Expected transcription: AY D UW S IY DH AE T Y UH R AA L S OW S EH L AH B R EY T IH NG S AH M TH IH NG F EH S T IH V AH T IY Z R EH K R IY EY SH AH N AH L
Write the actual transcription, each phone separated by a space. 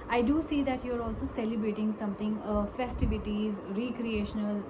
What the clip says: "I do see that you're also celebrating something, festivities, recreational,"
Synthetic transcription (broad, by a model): AY D UW S IY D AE T Y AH R AA L S OW S EH L AH B R EY T IH NG S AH M T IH NG F EH S T IH V AH T IY Z R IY K R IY EY SH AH N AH L